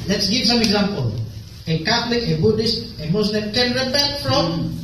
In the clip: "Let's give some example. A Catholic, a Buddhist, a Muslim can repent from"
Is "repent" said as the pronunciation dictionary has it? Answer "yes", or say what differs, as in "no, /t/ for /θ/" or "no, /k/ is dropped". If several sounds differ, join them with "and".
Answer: no, /b/ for /p/